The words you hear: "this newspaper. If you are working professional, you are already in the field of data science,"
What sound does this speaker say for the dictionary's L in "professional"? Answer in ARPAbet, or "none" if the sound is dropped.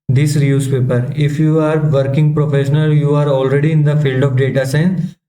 L